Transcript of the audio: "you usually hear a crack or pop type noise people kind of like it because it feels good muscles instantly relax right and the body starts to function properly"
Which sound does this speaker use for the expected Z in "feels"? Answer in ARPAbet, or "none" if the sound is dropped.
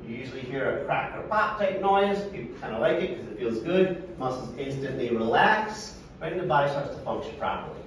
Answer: Z